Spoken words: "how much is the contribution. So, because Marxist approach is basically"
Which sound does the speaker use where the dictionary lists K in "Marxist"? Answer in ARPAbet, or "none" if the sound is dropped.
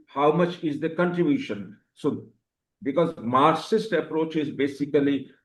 none